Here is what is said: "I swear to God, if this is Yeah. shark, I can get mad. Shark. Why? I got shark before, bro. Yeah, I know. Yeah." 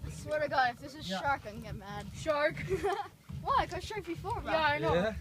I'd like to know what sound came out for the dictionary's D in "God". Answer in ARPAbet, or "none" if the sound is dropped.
none